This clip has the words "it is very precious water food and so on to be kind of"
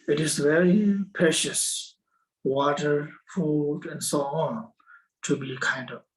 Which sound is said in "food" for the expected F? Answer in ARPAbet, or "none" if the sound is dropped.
F